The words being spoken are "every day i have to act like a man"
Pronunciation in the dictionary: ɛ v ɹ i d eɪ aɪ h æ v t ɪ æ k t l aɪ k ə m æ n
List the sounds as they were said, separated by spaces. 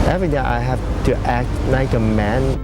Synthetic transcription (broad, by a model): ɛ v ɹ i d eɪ aɪ h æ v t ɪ æ k t n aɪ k ə m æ n